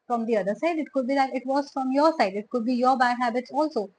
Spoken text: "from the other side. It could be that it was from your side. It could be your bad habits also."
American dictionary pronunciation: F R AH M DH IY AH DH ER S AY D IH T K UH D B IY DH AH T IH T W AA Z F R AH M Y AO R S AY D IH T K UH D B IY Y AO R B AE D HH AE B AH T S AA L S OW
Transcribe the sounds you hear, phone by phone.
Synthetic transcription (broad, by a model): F R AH M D IY AH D ER S AY D IH T K UH D B IY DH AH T IH T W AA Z F R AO M Y AO R S AY D IH T K UH D B IY Y AO R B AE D HH AE B AH T S AA L S OW